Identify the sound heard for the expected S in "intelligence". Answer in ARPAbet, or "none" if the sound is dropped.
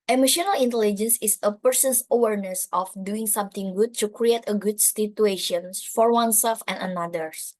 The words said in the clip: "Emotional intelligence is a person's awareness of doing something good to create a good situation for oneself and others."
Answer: S